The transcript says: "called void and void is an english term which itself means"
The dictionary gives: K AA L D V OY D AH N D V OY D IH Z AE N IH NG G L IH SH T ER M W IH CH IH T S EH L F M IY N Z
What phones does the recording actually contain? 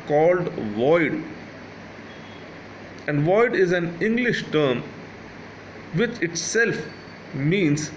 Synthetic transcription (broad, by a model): K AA L D V OY D AH N D V OY D IH Z AE N IH NG G L IH SH T ER M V IH CH IH T S EH L F M IY N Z